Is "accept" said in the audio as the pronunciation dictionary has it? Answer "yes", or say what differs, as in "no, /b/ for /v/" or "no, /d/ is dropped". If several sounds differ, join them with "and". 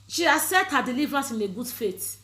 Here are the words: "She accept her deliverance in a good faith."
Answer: no, /k/ is dropped and /p/ is dropped